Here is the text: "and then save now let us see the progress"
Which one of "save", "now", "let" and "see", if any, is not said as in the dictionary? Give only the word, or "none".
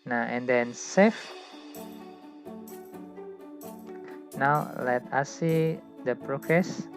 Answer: save